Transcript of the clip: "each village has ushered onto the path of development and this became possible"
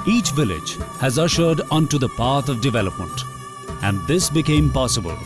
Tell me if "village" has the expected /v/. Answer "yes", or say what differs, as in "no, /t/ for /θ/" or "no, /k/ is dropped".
yes